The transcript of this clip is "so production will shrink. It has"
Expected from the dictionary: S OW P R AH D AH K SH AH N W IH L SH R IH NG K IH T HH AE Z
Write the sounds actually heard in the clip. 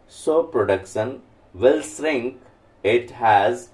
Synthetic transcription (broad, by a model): S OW P R AH D AH K SH AH N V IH L S R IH NG K IH T HH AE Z